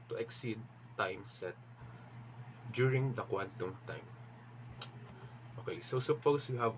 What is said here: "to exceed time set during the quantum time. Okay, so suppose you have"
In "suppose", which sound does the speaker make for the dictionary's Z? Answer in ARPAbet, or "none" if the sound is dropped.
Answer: S